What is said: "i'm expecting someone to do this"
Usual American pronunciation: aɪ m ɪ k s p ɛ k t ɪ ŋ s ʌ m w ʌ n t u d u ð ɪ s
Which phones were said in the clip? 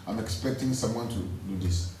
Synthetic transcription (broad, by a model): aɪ m ɪ k s p ɛ k t ɪ ŋ s ʌ m w ʌ n t u d u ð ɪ s